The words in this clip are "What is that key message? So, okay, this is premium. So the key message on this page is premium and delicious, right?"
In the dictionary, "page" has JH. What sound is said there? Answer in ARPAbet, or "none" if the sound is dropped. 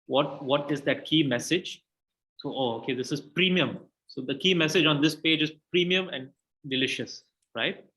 JH